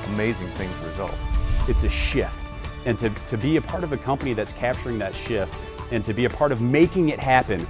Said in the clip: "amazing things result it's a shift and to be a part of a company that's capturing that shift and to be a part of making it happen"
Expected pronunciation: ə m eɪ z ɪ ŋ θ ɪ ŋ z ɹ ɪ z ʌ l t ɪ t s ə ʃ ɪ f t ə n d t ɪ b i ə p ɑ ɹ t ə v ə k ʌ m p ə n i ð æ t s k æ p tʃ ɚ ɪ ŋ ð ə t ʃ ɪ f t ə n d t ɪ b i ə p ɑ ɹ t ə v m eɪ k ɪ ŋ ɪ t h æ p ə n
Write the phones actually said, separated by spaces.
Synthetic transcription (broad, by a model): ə m eɪ z ɪ ŋ θ ɪ ŋ z ɹ ɪ z ʌ l t ɪ t s ə ʃ ɪ f t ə n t t ɪ b i ə p ɑ ɹ t ə v ə k ʌ m p ə n i ð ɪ t s k æ p tʃ ɚ ɪ ŋ ð ə t ʃ ɪ f t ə n t ɪ b i ə p ɑ ɹ t ə v m eɪ k ɪ ŋ ɪ t h æ p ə n